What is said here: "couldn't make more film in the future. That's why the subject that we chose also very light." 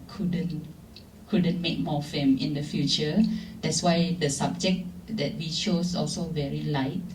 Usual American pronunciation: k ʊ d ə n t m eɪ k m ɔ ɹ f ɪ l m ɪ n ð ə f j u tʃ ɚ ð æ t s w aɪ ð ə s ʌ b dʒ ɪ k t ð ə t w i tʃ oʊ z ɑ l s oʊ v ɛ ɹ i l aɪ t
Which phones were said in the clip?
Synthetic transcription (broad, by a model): k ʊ d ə n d m eɪ k m ɔ f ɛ m ɪ n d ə f j u tʃ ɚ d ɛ t s w aɪ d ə s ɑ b dʒ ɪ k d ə t w i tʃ oʊ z ɑ l s oʊ v ɛ ɹ i l aɪ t